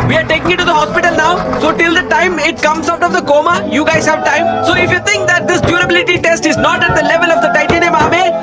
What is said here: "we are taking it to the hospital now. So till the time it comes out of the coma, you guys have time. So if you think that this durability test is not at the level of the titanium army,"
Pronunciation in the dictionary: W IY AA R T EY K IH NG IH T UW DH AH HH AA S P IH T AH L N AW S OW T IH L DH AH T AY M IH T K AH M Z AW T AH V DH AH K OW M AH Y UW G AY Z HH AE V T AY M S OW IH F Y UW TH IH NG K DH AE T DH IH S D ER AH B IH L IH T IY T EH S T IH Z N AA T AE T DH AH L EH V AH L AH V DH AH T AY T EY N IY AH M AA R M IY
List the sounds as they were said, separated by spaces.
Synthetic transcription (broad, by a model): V IY AA R T EY K IH NG IH T UW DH AH HH AA S P IH T AH L N AW S OW T IH L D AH T AY M IH T K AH M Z AW T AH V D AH K OW M AH Y UW G AY Z HH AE V T AY M S OW IH F Y UW T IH NG K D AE T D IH S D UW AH B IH L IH T IY T EH S T IH Z N AA T AE T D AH L EH V AH L AH V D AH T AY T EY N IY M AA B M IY